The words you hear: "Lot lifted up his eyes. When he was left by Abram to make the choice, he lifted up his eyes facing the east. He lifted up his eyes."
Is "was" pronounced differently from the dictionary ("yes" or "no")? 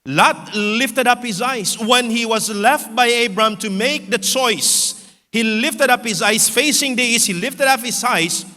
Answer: no